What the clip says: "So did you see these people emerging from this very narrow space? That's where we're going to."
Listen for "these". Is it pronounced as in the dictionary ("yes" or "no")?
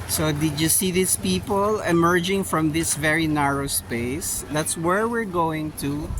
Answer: no